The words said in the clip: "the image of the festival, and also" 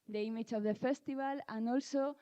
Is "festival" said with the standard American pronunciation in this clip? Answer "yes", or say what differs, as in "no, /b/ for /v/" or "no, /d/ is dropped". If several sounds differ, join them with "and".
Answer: no, /b/ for /v/